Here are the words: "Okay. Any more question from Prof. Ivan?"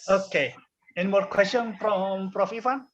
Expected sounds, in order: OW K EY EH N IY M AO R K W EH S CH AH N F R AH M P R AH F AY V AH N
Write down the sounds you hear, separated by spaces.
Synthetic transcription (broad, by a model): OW K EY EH N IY M AO R K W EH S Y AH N P R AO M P R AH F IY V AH N